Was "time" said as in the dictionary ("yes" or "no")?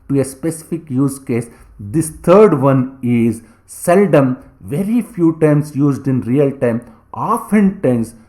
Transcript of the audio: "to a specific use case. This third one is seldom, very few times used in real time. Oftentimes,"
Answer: yes